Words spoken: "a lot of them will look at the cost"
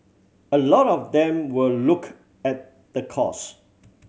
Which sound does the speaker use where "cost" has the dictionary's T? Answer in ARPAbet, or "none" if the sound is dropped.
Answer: none